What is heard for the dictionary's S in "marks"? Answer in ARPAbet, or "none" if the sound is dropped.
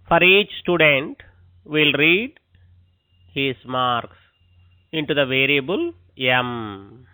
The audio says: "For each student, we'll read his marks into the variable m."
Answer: S